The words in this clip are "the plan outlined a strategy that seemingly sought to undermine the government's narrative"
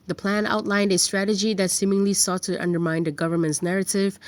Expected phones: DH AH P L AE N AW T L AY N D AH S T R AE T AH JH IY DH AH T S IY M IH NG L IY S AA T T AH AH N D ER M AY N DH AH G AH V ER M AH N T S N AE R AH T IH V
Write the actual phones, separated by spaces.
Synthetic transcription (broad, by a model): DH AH P L AE N AW T L AY N D AH S T R AE T AH JH IY DH AH T S IY M IH NG L IY S AA T T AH AH N D ER M AY N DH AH G AH V ER M AH N T S N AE R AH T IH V